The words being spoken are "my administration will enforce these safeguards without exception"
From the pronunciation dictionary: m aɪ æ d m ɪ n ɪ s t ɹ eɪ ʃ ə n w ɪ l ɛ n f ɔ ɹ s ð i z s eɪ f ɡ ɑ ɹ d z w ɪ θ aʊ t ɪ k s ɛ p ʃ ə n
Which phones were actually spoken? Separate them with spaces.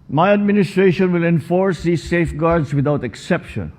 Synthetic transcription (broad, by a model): m aɪ æ d m ɪ n ɪ s t ɹ eɪ ʃ ə n w ɪ l ɛ n f ɔ ɹ s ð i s eɪ f ɡ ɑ ɹ d s w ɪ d aʊ t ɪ k s ɛ p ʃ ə n